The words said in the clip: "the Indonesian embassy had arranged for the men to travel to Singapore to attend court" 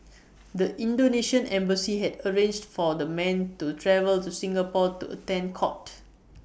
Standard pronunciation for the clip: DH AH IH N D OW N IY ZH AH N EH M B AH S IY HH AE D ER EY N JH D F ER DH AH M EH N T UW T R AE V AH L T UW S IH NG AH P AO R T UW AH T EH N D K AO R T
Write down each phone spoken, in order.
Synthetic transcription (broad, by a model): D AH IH N D OW N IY SH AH N EH M B AH S IY HH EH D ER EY N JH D F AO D AH M EH N T UW T R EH V AH L T UW S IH NG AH P AO T UW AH T EH N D K AO T